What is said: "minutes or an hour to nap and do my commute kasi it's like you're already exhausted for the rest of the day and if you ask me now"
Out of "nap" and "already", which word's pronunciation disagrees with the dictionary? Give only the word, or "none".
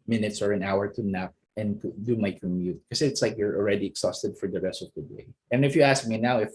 none